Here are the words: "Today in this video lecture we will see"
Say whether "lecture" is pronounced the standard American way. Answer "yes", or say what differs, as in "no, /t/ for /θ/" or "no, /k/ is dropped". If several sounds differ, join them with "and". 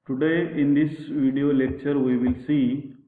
yes